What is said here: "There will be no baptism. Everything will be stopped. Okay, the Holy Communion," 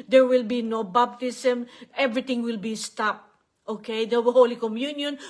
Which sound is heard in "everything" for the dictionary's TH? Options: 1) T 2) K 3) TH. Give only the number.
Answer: 1